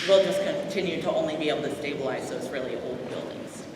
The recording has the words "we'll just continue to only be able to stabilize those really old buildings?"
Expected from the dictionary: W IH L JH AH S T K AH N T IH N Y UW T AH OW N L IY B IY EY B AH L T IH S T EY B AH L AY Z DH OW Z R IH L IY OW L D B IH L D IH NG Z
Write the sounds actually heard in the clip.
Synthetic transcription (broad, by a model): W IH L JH AH S K AH N T IH N Y UW T AH OW N L IY B IY EY B L T IH S T EY B AH L AY Z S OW S R IH L IY OW L D B IH L D IH NG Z